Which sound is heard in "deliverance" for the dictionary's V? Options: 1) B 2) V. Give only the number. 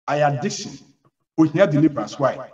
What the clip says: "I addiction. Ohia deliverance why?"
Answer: 1